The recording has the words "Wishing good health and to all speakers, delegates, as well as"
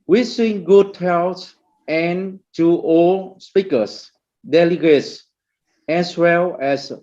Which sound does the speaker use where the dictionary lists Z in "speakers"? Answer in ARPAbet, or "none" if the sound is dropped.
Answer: S